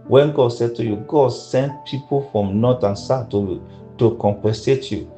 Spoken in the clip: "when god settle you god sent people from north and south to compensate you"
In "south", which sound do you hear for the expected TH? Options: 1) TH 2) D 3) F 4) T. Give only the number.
4